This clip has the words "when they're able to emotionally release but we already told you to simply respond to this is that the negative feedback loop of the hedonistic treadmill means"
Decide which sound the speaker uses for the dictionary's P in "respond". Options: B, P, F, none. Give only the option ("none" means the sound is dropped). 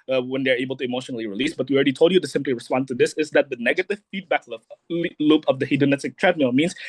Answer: P